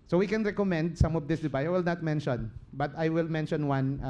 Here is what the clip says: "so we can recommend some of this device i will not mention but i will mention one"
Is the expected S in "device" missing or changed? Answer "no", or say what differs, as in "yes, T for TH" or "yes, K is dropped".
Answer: yes, S is dropped